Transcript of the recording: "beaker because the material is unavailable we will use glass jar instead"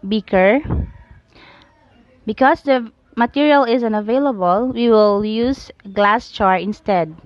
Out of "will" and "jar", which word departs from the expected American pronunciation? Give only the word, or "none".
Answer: jar